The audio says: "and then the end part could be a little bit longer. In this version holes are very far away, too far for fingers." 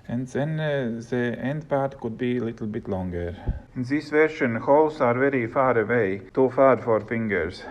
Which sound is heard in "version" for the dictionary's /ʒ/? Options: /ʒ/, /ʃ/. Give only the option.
/ʃ/